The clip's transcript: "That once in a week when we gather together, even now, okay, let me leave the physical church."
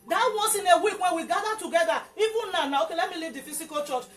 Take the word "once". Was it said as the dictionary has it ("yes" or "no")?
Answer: no